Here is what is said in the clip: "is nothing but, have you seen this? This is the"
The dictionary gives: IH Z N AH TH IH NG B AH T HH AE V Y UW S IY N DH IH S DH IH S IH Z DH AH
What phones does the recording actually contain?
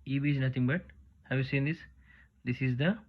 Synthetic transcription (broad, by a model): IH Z N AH T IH NG B AH T HH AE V Y UW S IY N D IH S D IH S IH Z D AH